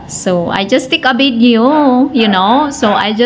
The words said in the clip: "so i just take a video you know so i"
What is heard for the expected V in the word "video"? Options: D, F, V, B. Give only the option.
B